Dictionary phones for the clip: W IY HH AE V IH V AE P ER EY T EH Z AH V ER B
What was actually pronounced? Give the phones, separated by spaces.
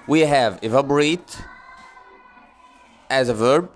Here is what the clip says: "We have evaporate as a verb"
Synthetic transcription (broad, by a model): W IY HH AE V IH V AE B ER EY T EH Z AH V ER B